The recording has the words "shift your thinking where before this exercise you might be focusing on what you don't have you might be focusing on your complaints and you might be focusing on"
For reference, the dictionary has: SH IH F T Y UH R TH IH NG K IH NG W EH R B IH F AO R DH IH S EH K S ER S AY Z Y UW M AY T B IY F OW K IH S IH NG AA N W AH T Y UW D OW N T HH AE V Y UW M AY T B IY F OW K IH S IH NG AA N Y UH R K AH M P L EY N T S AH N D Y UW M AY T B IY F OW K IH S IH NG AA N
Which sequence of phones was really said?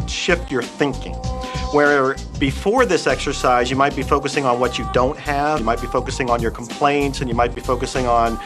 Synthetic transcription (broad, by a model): SH IH F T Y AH R TH IH NG K IH NG W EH R B IH F AO R DH IH S EH K S ER S AY Z Y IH M AY T B IY F OW K IH S IH NG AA N W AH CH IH D OW N T HH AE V M AY T B IY F OW K IH S IH NG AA N Y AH R K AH M P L EY N T S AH N Y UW M AY T B IY F OW K IH S IH NG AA N